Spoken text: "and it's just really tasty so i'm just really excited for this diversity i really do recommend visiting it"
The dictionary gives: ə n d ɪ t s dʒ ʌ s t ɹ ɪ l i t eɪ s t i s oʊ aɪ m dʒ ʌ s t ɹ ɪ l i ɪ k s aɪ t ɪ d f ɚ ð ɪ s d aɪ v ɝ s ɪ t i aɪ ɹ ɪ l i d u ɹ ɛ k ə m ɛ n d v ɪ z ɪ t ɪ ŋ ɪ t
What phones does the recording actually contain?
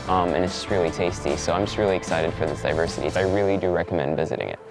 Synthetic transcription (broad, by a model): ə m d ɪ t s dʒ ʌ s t ɹ ɪ l i t eɪ s t i s oʊ aɪ m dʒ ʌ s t ɹ ɪ l i ɪ k s aɪ t ɪ d f ɚ ð ɪ s d aɪ v ɝ s ɪ t i aɪ ɹ ɪ l i d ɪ ɹ ɛ k ə m ɛ n d v ɪ z ɪ t ɪ ŋ ɪ t